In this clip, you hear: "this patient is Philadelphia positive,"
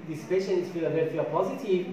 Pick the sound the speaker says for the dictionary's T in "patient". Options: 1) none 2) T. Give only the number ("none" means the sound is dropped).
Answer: 1